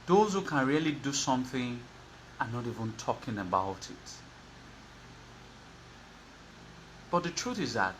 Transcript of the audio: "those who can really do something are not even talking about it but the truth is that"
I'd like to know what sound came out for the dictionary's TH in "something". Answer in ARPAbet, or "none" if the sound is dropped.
TH